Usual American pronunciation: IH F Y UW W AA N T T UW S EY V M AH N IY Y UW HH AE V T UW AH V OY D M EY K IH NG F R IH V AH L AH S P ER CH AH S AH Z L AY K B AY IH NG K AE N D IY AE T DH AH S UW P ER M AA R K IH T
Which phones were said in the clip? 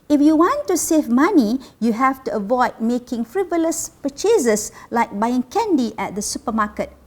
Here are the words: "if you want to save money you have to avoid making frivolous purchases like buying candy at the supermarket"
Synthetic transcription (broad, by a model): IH F Y UW W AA N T T UW S EY V M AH N IY Y UW HH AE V T UW AH V OY D M EY K IH NG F R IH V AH L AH S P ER CH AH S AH S L AY K B AY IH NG K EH N D IY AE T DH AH S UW P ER M AA K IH T